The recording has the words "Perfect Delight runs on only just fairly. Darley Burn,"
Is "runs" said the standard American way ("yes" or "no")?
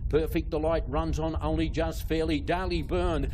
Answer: yes